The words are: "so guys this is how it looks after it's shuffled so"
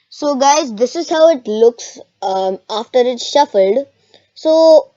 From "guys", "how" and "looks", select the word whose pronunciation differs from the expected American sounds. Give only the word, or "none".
none